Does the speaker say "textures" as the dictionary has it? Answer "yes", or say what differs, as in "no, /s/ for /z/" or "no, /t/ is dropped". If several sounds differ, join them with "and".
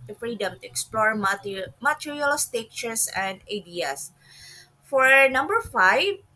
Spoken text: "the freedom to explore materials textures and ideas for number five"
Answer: no, /s/ is dropped and /s/ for /z/